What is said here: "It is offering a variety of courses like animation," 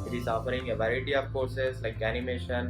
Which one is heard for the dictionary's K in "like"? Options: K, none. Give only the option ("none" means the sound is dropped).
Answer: K